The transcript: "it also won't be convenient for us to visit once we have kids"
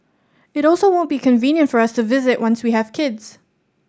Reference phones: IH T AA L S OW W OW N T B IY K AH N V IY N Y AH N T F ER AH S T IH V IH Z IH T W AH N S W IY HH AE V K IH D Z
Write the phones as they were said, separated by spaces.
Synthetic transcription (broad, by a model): IH T AA L S OW W OW N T B IY K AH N V IY N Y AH N T F ER AH S T IH V IH Z IH T W AH N S W IY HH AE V K IH D Z